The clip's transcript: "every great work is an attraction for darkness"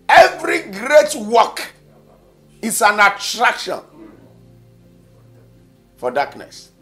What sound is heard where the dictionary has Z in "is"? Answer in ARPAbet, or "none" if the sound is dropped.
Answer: S